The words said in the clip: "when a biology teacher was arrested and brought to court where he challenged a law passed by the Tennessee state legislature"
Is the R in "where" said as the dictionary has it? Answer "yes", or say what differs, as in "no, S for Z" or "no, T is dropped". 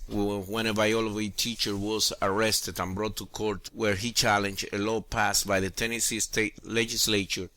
yes